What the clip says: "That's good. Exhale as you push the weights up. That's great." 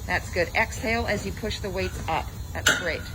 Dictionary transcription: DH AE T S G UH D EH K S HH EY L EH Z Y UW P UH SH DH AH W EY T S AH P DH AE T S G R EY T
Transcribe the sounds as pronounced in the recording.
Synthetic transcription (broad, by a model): DH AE T S G UH D EH K S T EY L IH Z Y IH P UH SH DH AH W EY T S AH P DH AE T S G R EY T